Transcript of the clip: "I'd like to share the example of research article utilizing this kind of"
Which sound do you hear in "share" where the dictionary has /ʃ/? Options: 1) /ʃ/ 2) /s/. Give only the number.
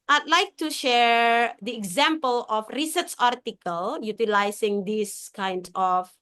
1